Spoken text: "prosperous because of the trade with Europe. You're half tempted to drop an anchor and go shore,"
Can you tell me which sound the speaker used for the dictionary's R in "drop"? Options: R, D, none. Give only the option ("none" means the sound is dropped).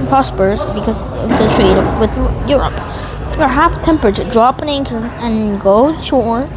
R